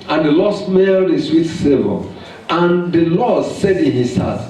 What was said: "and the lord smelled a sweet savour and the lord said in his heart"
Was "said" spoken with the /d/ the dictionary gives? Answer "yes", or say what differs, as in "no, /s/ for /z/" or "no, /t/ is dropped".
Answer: yes